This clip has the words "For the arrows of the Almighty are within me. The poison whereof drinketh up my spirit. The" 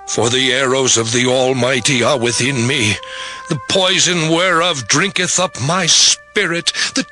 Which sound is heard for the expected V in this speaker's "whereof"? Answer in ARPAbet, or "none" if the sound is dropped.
V